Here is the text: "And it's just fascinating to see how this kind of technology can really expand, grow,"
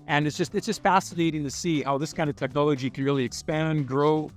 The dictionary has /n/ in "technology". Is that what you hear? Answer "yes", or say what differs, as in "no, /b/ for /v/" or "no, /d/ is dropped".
yes